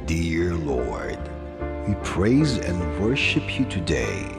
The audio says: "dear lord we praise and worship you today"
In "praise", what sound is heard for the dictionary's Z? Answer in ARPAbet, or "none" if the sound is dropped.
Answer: Z